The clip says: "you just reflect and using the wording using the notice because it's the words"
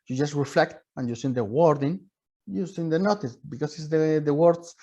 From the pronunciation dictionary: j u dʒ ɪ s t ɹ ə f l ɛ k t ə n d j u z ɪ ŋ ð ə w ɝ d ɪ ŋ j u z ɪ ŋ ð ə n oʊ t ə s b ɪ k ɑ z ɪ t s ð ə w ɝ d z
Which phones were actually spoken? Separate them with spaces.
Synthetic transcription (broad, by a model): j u dʒ ɪ s t ɹ ə f l ɛ k t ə n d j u s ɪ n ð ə w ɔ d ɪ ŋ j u s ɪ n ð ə n oʊ t ə s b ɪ k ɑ s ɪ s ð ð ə w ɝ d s